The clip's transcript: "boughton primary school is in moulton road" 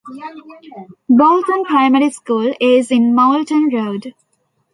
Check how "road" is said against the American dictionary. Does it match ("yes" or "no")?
yes